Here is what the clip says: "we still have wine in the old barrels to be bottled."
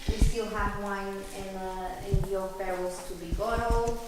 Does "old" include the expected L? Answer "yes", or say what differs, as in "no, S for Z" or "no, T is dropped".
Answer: no, N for L